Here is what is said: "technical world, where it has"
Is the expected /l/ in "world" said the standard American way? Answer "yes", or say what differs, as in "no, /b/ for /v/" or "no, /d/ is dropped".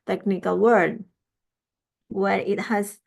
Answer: no, /l/ is dropped